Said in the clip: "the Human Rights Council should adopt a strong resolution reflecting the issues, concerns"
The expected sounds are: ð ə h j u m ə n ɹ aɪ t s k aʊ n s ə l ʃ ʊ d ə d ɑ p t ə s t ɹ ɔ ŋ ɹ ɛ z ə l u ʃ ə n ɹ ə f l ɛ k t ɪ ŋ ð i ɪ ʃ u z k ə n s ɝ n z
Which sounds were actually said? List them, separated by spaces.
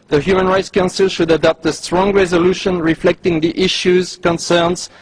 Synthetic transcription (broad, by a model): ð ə h j u m ə n ɹ aɪ t s k aʊ n s ə l ʃ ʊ d ə d ɑ p t ə s t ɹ ɔ ŋ ɹ ɛ z ə l u ʃ ə n ɹ ə f l ɛ k t ɪ ŋ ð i ɪ ʃ u z k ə n s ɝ n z